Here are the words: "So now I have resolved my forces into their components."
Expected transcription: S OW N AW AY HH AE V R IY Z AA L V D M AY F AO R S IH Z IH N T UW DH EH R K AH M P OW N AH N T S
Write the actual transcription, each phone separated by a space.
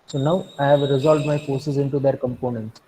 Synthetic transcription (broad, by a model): S OW N AW AY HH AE V R IY Z AA L V D M AY F AO R S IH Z IH N T UW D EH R K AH M P OW N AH N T S